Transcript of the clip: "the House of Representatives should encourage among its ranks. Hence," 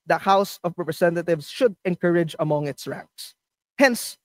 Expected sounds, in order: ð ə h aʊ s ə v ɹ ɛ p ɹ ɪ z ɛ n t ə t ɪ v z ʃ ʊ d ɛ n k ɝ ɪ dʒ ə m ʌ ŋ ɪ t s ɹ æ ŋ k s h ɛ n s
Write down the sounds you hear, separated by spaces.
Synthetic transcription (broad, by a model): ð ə h aʊ s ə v ɹ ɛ p ɹ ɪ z ɛ n t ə t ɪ v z ʃ ʊ d ɛ n k ɝ ɪ dʒ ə m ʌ ŋ ɪ t s ɹ æ ŋ k s h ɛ n s